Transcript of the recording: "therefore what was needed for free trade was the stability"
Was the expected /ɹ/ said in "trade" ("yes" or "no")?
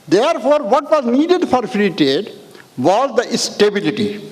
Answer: no